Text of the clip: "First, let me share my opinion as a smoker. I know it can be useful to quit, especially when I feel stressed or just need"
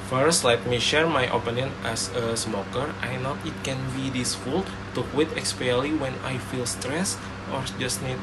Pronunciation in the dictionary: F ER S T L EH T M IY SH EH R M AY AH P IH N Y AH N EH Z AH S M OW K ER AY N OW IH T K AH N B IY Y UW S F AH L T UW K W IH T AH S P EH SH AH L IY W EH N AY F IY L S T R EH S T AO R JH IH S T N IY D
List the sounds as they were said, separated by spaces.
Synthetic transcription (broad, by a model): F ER S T L EH T M IY SH EH R M AY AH P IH N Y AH N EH S AH S M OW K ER AY N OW IH T K AH N B IY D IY S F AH L T UW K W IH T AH S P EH AH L IY W EH N AY F IY L S T R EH S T AO R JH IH S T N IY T